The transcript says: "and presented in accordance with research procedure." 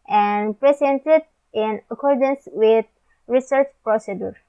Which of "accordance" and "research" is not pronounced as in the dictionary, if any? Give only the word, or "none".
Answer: none